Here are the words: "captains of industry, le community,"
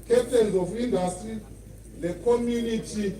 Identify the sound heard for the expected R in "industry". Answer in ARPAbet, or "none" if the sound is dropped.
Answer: none